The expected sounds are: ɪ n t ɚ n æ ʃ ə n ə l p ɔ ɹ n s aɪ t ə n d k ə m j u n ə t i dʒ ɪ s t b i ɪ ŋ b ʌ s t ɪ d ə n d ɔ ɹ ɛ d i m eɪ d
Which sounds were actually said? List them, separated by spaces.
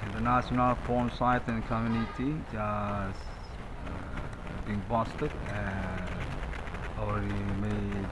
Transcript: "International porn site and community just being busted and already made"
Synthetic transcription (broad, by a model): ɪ n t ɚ n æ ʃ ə n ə l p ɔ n s aɪ t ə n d k ə m j u n ə t i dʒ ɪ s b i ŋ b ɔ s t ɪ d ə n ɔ ɛ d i m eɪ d